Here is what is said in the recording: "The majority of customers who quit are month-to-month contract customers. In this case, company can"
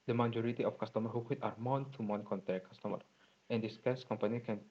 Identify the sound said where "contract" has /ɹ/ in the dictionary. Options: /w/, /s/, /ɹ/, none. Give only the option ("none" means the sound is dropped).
none